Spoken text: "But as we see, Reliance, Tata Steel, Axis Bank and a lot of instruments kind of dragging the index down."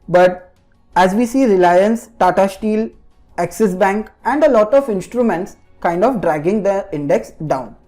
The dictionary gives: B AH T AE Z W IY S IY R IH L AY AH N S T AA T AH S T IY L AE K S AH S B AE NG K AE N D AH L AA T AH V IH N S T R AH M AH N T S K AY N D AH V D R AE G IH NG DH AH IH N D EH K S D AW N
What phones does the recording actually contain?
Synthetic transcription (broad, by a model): B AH T AE Z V IY S IY R IH L AY AH N S T AA T AH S T IY L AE K S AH S B AE NG K AE N D AH L AA T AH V IH N S T R AH M AH N T S K AY N D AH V D R AE G IH NG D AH IH N D EH K S D AW N